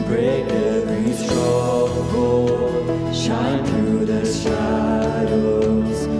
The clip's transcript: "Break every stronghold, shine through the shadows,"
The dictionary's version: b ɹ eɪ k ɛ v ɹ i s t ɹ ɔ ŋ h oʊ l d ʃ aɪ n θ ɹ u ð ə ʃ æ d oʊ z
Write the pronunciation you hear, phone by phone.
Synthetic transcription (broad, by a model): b ɹ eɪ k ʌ b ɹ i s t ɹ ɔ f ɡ oʊ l ʃ aɪ n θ ɹ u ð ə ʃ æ d oʊ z